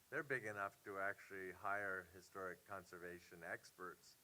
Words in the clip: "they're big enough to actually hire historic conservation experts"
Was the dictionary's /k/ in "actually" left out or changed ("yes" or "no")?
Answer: no